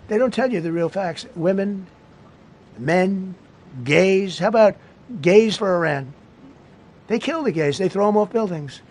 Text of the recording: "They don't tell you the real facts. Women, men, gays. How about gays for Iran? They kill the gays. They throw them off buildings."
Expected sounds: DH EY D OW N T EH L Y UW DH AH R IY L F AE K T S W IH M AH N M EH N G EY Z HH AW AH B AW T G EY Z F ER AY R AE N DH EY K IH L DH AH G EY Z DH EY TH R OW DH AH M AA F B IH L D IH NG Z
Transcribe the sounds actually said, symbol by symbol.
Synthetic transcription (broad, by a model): DH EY D OW N T EH L Y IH DH AH R IY L F AE K T S W IH M AH N M EH N G EY Z HH AW AH B AW T G EY Z F ER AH R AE N DH EY K IH L DH AH G EY Z DH EY TH R OW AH M AA F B IH L D IH NG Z